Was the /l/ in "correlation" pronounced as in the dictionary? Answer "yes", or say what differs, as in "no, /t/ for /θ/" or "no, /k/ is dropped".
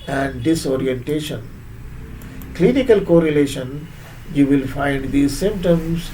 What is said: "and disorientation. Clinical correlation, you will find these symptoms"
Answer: yes